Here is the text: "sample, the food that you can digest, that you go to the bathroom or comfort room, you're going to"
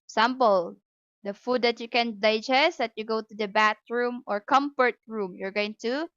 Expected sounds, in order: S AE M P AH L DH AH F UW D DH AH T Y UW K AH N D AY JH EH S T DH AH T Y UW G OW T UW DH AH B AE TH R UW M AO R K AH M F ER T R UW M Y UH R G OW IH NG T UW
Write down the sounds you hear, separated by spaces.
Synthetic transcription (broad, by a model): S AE M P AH L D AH F UW D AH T Y UW K AH N D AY JH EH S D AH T Y UW G OW T UW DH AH B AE T R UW M AO R K AH M F ER T R UW M Y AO R G OW IH NG T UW